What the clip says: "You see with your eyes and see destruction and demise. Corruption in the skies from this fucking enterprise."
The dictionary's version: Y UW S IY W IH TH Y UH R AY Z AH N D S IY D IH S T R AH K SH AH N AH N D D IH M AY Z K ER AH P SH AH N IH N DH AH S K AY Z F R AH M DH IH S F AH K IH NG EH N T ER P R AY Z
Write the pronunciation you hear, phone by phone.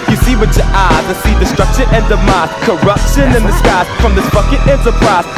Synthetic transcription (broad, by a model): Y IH S IY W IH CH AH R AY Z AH S IY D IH S T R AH K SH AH AH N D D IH M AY S K ER AH P SH AH N IH N DH AH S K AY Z F R AH M DH IH S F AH K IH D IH N T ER P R AY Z